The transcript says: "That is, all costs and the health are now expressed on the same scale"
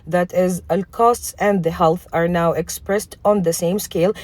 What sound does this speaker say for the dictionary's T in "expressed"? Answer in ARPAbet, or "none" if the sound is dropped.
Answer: T